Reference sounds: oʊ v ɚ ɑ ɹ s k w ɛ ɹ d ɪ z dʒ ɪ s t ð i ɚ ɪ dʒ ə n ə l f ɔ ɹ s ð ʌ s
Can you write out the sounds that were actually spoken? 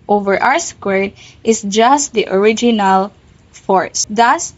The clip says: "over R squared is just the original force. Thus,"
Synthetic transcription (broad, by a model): oʊ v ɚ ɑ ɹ s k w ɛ ɹ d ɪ s dʒ ɪ s t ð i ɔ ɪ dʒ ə n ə l f ɔ ɹ s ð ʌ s